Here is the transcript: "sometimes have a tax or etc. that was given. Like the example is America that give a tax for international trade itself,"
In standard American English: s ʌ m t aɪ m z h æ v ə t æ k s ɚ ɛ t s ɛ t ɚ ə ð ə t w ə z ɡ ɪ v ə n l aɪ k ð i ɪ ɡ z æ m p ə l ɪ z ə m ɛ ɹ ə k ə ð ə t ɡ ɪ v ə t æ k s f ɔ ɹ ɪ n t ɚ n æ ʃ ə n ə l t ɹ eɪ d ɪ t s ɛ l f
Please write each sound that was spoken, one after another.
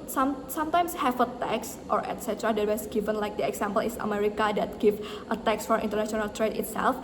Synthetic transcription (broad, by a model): s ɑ m t aɪ m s h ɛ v ə t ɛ k s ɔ ɛ t s ɛ t ɚ ə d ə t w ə s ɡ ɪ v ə n l aɪ k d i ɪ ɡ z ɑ m p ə l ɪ s ə m ɛ ɹ ə k ə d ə t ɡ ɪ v ə t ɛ k s f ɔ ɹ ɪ n t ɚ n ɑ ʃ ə n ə l t ɹ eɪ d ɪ t s ɛ l f